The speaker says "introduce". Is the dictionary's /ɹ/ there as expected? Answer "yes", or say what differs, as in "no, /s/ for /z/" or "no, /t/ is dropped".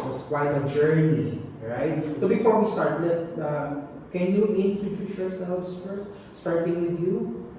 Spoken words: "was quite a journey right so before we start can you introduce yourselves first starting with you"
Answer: no, /ɹ/ is dropped